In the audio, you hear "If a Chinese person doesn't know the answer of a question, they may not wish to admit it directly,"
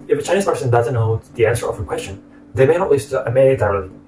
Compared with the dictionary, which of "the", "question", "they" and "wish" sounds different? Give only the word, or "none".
wish